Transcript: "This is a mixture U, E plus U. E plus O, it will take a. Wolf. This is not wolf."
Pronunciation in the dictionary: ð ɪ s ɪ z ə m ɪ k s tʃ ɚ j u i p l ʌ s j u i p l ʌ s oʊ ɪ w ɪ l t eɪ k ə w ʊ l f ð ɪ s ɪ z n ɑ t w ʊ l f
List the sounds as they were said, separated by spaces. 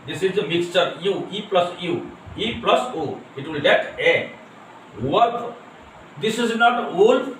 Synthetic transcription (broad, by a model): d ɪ s ɪ z ə m ɪ k s tʃ ɚ j u i p l ʌ s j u i p l ʌ s oʊ ɪ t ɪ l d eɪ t ə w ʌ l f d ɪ s ɪ z n ɑ t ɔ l